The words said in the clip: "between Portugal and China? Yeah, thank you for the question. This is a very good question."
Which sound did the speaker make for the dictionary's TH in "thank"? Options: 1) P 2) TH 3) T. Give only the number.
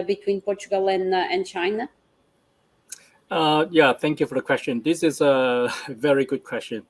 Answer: 2